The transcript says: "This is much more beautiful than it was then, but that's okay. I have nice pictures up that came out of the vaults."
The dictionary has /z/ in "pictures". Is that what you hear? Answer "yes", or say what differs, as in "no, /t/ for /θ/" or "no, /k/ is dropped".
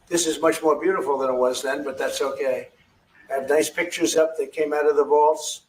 yes